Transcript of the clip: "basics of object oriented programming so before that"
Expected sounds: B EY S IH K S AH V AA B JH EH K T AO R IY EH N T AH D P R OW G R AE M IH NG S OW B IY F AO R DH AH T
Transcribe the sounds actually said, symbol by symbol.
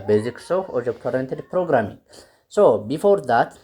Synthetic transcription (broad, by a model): B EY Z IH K S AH F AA JH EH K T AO R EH N T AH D P R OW G R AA M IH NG S OW B IY F AO R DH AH T